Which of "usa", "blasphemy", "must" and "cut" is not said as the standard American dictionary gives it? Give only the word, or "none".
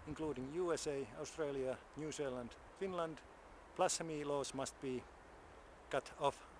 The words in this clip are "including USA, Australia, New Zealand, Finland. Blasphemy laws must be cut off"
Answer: blasphemy